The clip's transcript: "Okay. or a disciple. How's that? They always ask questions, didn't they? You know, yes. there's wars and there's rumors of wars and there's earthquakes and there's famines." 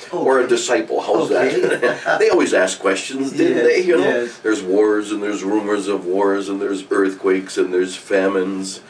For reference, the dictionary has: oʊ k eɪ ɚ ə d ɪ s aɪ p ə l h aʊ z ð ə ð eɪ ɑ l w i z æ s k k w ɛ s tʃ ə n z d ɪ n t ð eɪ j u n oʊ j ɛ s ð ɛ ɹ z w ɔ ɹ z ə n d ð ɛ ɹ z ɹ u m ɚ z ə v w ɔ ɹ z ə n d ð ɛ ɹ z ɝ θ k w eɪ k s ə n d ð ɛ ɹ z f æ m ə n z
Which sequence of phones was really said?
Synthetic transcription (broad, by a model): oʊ ɚ ə d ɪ s aɪ p l h aʊ z ð ə ð eɪ ɑ l w i z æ s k k w ɛ s tʃ ə n z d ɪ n ð eɪ j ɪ n oʊ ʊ ð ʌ ɹ z w ɔ ɹ z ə n ð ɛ ɹ z ɹ u m ɚ z ə v w ɔ ɹ z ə n ð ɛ ɹ z ɝ θ k w eɪ k s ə n ð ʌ ɹ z f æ m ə n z